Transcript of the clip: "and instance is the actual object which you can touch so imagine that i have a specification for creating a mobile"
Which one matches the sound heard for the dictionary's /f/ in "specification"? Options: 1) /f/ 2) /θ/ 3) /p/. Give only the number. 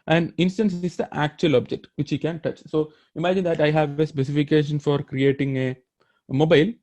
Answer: 1